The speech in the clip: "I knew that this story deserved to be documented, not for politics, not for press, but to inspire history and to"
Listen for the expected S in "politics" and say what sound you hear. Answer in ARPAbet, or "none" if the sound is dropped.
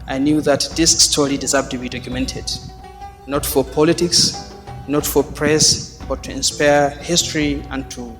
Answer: S